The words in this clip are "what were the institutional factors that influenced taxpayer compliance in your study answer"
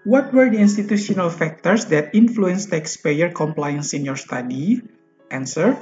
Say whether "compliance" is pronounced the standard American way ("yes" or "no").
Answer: yes